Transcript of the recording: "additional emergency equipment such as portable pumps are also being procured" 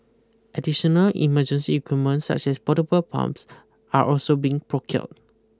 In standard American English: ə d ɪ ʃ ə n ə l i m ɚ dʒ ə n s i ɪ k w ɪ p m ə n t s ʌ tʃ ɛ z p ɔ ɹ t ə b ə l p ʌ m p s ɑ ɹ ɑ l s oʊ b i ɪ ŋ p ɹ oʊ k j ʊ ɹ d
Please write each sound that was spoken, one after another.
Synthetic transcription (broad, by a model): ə d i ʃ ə n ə l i m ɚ dʒ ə n s i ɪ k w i m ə n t s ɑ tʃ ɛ s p ɔ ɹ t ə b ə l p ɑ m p s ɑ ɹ ɑ l s oʊ b i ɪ ŋ p ɹ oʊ k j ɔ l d